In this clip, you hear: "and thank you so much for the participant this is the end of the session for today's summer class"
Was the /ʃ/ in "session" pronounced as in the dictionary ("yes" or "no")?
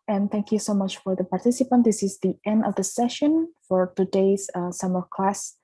yes